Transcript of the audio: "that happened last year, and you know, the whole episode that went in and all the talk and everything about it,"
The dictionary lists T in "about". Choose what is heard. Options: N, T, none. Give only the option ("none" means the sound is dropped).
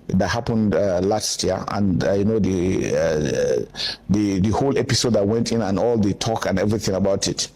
T